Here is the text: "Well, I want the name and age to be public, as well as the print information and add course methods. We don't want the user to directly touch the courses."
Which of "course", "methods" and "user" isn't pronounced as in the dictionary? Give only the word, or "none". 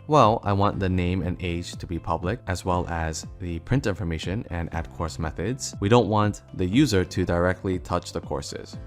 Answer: none